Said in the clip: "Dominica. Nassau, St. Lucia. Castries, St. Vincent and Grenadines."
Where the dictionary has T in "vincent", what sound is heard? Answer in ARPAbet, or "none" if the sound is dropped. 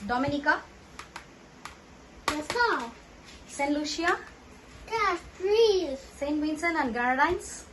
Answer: none